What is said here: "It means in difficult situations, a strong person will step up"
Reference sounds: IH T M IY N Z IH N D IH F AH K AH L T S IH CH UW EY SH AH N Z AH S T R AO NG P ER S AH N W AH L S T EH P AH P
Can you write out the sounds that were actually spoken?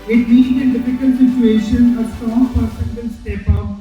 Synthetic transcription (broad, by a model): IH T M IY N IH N D IH F AH K AH L T S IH CH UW EY SH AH N AH S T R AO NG P ER S AH N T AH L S T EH P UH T